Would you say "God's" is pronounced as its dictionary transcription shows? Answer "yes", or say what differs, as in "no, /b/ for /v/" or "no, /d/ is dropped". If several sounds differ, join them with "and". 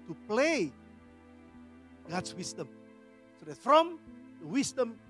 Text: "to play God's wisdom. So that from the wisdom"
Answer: no, /s/ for /z/